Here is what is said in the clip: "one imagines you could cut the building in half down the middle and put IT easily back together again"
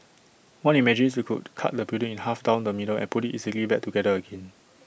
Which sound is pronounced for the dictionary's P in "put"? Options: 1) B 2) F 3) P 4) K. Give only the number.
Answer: 3